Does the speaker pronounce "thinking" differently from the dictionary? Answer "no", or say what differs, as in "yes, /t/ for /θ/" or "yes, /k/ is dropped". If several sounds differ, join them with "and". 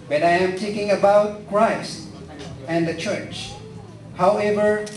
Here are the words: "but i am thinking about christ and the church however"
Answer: yes, /t/ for /θ/